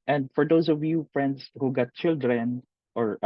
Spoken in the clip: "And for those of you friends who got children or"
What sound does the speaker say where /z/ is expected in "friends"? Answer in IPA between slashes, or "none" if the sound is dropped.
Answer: /s/